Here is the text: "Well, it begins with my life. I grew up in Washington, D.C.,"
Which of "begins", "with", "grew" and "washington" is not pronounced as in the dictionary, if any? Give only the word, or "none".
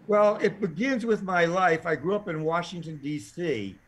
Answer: none